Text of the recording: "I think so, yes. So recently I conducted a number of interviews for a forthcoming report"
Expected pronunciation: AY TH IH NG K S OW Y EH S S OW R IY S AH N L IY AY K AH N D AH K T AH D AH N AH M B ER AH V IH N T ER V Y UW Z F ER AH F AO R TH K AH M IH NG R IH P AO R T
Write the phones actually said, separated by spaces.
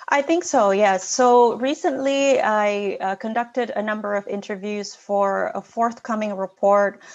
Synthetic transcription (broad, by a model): AY TH IH NG K S OW Y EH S S OW R IY S AH N L IY AY K AH N D AH K T AH D AH N AH M B ER AH V IH N T ER V Y UW Z F ER AH F AO R TH K AH M IH NG R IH P AO R T